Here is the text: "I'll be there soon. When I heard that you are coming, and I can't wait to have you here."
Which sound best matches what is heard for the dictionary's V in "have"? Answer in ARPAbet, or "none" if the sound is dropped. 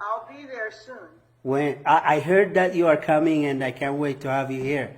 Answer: V